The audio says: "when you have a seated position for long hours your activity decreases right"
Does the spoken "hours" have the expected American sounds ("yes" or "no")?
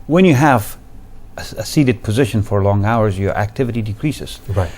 yes